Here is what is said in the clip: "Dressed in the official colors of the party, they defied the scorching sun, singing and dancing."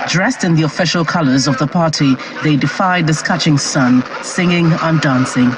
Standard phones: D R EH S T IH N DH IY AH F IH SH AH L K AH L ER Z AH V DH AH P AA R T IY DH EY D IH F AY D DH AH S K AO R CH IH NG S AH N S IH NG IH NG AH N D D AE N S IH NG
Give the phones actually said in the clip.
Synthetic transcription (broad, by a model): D R EH S T IH N DH IY AH F IH SH AH L K AH L ER Z AH V DH AH P AA R T IY DH EY D IH F AY D DH AH S K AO CH IH NG S AH N S IH NG IH NG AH N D D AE N S IH NG